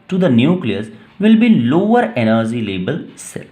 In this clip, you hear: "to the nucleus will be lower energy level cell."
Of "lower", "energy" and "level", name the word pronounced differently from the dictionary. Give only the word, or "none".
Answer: level